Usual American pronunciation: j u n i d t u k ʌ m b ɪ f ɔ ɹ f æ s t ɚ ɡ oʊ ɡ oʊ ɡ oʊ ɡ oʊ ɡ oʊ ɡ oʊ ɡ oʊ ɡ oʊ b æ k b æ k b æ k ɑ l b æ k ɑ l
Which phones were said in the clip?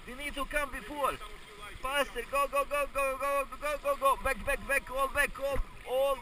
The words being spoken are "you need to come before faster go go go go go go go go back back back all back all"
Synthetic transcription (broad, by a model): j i n i d t u k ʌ m b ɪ f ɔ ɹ p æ s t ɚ ɡ oʊ ɡ oʊ ɡ oʊ ɡ oʊ ɡ oʊ ɡ oʊ ɡ oʊ ɡ oʊ b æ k b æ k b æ k ɑ l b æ k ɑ l